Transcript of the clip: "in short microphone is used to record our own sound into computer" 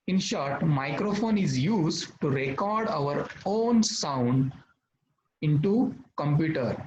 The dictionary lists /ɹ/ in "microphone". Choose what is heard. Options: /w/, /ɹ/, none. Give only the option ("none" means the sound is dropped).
/ɹ/